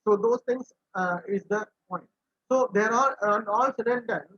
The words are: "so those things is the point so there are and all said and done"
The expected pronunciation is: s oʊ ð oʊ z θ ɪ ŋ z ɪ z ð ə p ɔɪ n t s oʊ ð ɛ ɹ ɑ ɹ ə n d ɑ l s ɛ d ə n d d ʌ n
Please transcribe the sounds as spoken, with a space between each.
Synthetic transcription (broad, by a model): s oʊ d oʊ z t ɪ ŋ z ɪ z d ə p ɔɪ n t s oʊ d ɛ ɹ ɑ l ə n d ɑ l s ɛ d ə n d d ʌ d